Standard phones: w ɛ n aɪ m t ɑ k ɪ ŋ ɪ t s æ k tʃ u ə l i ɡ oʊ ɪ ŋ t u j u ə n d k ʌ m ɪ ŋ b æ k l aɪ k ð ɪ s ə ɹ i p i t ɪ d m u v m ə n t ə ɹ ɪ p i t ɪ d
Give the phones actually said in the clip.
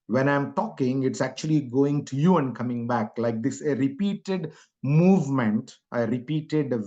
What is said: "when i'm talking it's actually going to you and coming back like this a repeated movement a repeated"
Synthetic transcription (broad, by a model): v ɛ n aɪ m t ɑ k ɪ ŋ ɪ t s æ k tʃ u ə l i ɡ oʊ ɪ ŋ t u j u ə n d k ʌ m ɪ ŋ b æ k l aɪ k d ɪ s ə ɹ i p i t ɪ d m u v m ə n t ə ɹ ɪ p i t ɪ d